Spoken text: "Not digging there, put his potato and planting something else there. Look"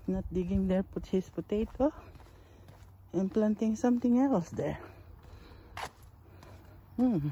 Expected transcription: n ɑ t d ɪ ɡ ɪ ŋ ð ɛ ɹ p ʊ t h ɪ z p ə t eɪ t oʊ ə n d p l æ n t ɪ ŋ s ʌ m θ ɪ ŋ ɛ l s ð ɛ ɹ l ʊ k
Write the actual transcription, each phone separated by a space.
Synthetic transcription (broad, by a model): n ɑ t d ɪ ɡ ɪ ŋ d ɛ ɹ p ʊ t h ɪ s p ə t eɪ t oʊ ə n p l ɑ n t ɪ ŋ s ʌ m t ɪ ŋ ɛ l s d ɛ ɹ